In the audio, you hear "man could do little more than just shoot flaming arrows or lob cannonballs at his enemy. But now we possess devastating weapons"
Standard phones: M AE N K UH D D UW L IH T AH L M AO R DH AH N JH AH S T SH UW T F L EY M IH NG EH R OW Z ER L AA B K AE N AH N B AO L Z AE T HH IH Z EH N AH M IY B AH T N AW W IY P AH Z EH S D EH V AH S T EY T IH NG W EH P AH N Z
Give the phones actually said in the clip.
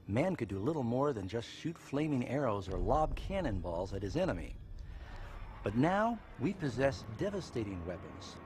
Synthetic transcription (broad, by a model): M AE N K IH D D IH L IH T L M AO R DH AH N JH AH S T SH UW T F L EY M IH NG EH R OW Z ER L AA B K AE N AH N B AO L Z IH T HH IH Z EH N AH M IY B AH T N AW W IY P AH Z EH S D EH V AH S T EY T IH NG W EH P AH N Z